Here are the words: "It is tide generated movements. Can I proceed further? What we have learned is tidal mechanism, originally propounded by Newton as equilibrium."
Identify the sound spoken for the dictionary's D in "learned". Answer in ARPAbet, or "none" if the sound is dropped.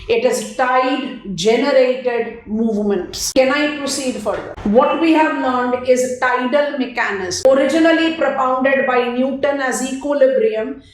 D